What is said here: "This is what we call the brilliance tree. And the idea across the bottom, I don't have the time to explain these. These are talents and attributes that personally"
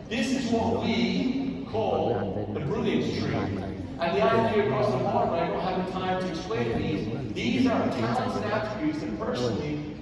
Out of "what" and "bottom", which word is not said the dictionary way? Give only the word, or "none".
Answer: bottom